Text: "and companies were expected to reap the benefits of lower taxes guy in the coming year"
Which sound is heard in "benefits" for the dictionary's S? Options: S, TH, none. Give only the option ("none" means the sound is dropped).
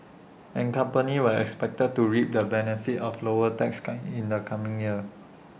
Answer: none